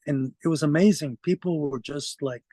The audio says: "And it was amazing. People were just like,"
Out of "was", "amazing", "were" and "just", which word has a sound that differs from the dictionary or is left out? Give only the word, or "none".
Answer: none